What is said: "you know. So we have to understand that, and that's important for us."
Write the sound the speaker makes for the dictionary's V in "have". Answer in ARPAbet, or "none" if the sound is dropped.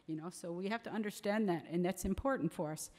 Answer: F